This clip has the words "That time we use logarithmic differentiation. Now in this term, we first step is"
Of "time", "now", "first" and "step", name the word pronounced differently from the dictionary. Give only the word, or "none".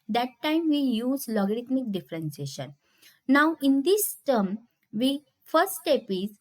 first